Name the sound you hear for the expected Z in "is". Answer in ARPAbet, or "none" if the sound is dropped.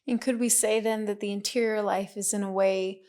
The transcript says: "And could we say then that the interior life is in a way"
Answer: Z